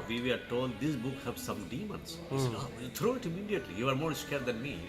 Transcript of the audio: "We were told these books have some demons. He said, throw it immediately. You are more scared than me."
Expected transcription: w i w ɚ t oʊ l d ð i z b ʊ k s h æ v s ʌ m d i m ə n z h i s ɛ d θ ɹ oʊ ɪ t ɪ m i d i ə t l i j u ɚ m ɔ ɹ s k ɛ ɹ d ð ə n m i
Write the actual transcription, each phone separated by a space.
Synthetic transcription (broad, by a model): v i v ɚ t oʊ l d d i s b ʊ k h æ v s ʌ m d i m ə n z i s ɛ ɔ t ɹ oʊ ɪ t ɪ m i d i ə t l i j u ɚ m ɔ ɹ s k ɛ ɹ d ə n m i